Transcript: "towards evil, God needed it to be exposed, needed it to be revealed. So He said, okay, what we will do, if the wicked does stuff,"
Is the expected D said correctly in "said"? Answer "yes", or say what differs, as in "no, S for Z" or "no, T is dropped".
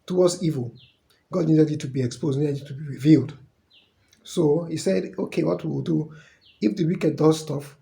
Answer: yes